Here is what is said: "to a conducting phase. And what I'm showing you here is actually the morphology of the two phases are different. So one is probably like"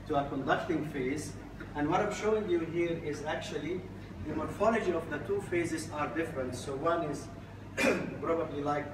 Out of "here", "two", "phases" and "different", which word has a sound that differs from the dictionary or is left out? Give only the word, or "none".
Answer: none